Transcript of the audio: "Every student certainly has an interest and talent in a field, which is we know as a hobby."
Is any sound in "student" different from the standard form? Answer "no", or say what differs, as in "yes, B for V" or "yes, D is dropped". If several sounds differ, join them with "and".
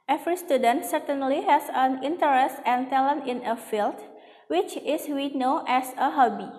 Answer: no